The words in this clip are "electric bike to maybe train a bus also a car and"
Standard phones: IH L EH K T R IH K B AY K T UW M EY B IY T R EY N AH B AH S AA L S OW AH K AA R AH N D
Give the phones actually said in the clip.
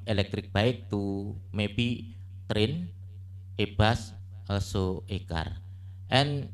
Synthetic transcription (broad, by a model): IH L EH K T R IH K B AY K T UW M EY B IY T R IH N AH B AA S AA S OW AH K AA R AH N